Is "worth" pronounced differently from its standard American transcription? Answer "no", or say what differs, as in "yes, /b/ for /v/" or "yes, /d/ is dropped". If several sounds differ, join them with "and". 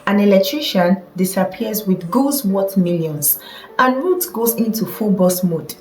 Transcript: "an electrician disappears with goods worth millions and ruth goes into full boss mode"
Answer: yes, /t/ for /θ/